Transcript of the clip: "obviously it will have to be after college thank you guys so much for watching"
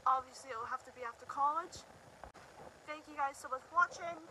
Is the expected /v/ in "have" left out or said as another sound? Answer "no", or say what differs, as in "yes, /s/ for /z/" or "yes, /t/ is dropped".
yes, /f/ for /v/